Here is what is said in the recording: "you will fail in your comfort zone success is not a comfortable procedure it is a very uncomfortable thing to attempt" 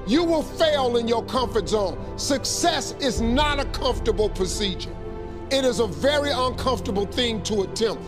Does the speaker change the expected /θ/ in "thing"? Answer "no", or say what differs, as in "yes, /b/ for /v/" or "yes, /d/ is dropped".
no